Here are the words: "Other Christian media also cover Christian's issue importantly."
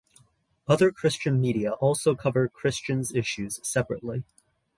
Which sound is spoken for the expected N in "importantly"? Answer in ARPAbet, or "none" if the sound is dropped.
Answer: none